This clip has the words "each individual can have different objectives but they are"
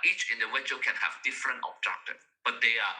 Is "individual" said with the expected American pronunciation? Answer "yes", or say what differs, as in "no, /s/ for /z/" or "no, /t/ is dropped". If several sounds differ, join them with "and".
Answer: no, /w/ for /v/